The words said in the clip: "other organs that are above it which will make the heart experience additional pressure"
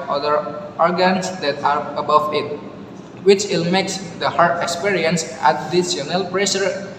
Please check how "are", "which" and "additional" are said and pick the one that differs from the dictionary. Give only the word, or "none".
additional